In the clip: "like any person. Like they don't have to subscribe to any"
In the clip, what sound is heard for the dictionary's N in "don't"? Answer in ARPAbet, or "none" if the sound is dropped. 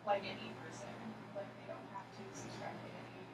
N